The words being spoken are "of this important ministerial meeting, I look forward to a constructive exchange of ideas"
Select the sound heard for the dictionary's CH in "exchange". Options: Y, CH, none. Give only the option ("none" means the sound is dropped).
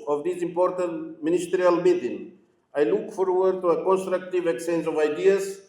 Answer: none